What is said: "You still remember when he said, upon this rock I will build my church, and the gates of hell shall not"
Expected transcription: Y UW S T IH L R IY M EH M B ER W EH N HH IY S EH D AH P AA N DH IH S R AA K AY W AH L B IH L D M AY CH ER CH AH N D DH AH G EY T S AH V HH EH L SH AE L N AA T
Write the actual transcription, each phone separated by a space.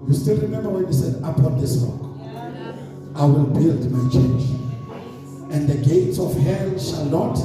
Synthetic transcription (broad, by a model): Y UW S T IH L R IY M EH M B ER W EH N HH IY S EH D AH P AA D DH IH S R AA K AY W AH L B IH L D M AY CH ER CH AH N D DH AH G EY T S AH F HH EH N SH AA L N AA T